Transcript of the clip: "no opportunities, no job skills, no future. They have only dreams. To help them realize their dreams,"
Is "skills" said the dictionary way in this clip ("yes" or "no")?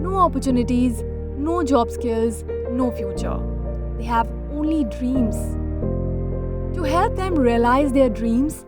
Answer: yes